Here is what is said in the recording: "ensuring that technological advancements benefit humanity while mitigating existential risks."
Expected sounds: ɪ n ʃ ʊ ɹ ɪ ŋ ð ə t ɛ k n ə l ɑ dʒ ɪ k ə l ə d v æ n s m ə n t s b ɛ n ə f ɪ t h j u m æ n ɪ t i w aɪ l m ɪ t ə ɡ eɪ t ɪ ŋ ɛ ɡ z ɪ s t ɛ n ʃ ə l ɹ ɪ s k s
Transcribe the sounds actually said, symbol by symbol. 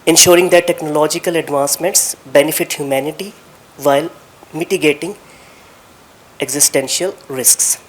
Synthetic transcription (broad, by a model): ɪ n ʃ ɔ ɹ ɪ ŋ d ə t ɛ k n ə l ɑ dʒ ɪ k ə l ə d v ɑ n s m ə n t s b ɛ n ə f ɪ t h j u m æ n ɪ t i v aɪ l m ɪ t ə ɡ eɪ t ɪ ŋ ɛ ɡ z ɪ s t ɛ n ʃ ə l ɹ ɪ s k s